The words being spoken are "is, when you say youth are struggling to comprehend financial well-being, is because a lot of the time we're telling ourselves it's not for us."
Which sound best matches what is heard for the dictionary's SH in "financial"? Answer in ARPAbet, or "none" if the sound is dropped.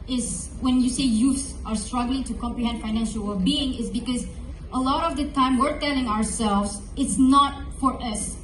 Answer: SH